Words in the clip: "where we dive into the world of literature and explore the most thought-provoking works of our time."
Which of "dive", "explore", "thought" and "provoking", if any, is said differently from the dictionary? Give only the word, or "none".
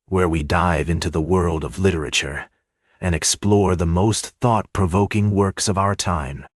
none